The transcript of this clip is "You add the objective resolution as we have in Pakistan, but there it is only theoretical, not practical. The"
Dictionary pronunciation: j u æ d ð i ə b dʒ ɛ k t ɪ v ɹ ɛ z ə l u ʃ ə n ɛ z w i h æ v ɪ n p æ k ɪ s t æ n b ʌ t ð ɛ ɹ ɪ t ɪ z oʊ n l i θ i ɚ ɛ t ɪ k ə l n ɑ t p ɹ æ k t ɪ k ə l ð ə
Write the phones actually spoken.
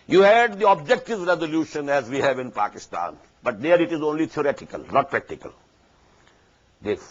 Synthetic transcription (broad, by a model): j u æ d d i ə b dʒ ɛ k t ɪ v ɹ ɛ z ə l u ʃ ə n ɛ z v i h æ v ɪ n p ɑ k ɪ s t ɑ n b ʌ t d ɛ ɹ ɪ t ɪ z oʊ n l i t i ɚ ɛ t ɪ k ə l n ɑ t p ɹ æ k t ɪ k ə l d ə